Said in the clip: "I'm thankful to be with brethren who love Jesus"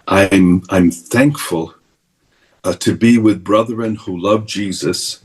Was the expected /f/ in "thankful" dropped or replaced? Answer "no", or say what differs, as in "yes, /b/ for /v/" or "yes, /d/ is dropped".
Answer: no